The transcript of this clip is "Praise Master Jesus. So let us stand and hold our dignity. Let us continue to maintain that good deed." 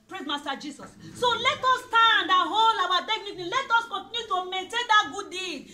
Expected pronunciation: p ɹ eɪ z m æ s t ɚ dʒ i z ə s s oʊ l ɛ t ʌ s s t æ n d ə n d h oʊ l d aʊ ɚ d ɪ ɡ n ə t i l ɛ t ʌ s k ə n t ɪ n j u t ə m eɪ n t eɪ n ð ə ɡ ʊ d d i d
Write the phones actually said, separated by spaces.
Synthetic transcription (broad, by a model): p ɹ eɪ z m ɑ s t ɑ dʒ i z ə s s oʊ l ɛ t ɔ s s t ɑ n d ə h oʊ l aʊ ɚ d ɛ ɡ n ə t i l ɛ t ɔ s k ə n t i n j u t ə m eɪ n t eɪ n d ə ɡ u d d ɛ